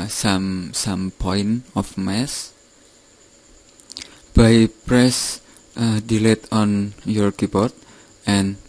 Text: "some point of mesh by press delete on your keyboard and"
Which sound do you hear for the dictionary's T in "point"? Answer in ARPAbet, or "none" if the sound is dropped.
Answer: none